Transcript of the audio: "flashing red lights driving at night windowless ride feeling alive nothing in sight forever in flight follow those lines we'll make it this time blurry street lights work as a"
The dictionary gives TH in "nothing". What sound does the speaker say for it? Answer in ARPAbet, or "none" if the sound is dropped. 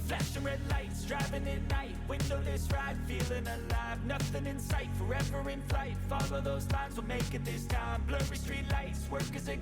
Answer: TH